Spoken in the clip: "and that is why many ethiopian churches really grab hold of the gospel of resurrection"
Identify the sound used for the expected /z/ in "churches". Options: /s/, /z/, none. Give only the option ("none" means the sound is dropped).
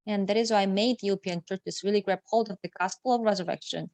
/s/